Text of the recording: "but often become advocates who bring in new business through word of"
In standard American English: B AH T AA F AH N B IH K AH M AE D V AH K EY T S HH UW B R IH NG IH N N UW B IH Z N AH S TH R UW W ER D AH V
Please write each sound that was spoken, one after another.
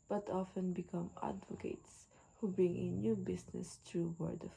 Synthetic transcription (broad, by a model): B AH T AA F AH N B IH K AH M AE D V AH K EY T S HH UW B R IH NG IH N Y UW B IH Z N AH S T R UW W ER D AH